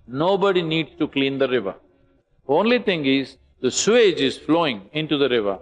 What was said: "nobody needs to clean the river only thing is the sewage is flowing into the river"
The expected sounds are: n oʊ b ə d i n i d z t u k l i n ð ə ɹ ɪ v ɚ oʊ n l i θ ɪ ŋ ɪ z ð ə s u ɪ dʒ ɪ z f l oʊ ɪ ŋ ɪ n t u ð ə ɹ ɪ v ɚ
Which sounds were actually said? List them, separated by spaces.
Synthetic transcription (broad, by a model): n oʊ b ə d i n i d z t u k l i n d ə ɹ ɪ v ɚ oʊ n l i t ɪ ŋ ɪ z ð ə s u ɪ dʒ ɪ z f l oʊ ɪ ŋ ɪ n t u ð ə ɹ ɪ v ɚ